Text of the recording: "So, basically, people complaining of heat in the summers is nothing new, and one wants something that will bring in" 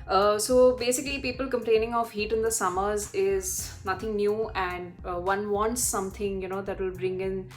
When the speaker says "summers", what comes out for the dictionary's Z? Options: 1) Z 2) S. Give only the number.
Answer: 1